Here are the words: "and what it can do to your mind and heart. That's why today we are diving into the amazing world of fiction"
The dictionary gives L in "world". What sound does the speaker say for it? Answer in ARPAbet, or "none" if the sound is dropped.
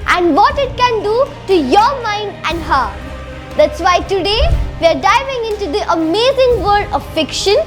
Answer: none